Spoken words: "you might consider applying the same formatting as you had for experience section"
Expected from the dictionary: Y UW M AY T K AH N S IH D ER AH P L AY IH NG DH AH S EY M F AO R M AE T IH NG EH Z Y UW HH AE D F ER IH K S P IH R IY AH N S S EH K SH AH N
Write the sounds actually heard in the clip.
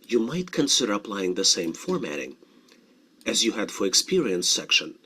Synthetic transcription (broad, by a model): Y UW M AY T K AH N S IH D ER AH P L AY IH NG DH AH S EY M F AO R M AE T IH NG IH Z Y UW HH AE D F ER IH K S P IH R IY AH N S S EH K SH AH N